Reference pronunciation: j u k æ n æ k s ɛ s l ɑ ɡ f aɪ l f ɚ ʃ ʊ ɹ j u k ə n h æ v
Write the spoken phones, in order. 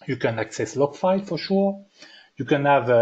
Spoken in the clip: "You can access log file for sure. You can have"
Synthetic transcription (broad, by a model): j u k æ n æ k s ɛ s l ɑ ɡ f aɪ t f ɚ ʃ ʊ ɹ j u k ə n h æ v